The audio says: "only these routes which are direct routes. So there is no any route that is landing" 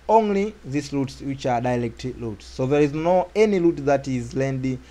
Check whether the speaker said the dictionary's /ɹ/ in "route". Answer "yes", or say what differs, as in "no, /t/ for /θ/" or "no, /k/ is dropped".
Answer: no, /l/ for /ɹ/